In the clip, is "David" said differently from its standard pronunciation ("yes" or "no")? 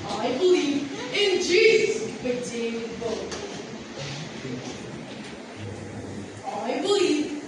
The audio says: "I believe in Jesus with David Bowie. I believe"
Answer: yes